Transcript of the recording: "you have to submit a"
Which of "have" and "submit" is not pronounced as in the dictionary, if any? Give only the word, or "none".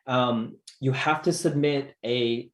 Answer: have